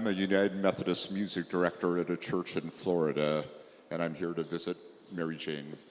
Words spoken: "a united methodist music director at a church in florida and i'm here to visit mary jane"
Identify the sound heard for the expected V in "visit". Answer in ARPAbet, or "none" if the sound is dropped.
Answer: V